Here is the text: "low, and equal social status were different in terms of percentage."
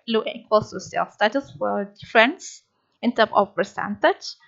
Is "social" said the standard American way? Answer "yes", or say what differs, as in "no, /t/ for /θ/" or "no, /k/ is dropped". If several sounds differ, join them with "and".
no, /s/ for /ʃ/